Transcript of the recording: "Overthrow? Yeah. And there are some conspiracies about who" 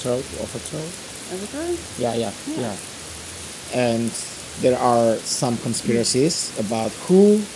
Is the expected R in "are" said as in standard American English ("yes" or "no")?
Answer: yes